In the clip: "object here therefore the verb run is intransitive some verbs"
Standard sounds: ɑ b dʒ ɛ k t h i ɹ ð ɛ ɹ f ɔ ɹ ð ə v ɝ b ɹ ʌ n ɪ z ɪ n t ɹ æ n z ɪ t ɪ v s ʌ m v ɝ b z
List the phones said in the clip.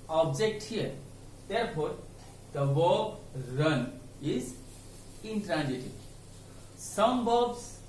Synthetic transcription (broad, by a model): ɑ b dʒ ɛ k t h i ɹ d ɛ ɹ p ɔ ɹ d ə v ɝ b ɹ ʌ n ɪ z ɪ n t ɹ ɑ n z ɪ t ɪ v s ʌ m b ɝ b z